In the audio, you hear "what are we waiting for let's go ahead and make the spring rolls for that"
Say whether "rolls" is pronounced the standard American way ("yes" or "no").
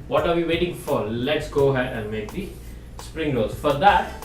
no